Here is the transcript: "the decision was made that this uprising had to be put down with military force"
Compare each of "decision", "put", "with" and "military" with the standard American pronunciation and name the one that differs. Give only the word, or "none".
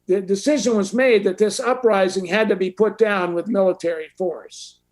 none